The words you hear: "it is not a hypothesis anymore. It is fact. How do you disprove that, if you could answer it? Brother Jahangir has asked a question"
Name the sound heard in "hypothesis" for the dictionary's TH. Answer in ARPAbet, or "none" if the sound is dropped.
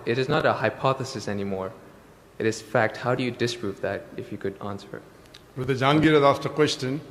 TH